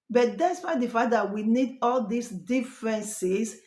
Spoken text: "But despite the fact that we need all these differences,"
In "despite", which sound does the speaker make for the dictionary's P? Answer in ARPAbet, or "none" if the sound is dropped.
F